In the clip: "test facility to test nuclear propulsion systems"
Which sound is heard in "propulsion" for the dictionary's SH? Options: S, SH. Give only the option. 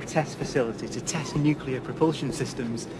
SH